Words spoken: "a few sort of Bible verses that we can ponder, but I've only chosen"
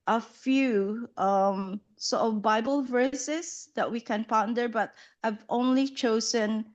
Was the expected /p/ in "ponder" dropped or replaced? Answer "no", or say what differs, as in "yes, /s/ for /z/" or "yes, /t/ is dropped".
no